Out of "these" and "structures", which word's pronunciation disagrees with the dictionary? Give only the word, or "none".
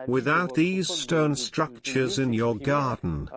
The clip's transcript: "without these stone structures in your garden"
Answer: none